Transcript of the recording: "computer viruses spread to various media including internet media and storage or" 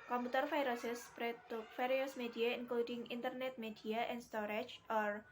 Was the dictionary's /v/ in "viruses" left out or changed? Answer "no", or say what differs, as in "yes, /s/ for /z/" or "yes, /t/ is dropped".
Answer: yes, /f/ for /v/